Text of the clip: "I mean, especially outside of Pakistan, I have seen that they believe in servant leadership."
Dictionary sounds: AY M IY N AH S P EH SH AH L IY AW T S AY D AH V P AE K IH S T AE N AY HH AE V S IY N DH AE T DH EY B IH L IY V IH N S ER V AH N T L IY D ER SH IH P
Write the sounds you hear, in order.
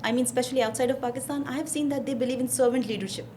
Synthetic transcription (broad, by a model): AY M IY N S P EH SH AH L IY AW T S AY D AH V P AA K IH S T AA N AY HH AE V S IY N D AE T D EY B IH L IY V IH N S ER V AH N T L IY D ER SH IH P